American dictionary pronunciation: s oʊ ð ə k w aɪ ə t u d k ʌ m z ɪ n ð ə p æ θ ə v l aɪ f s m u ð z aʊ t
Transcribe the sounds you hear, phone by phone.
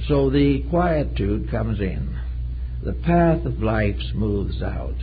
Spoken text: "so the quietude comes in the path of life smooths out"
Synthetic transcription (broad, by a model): s oʊ ð ə k w aɪ ə t u d k ʌ m z ɪ n ð ə p æ θ ə v l aɪ f s m u ð z aʊ t